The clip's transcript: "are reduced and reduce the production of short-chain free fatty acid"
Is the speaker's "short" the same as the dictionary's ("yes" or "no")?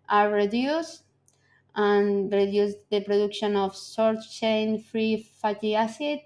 no